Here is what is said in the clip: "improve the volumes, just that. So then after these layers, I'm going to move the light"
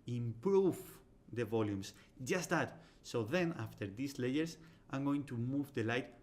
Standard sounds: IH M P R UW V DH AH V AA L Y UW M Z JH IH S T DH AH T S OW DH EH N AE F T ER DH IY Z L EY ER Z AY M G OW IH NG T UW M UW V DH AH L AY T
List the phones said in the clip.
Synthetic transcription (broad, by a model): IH M P R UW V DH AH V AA L Y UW M S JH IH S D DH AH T S OW DH EH N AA F T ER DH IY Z L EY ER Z AY M G OW IH NG T UW M UW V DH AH L AY T